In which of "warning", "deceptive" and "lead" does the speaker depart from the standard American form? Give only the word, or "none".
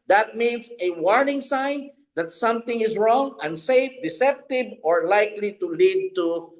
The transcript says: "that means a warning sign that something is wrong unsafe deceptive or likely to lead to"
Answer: deceptive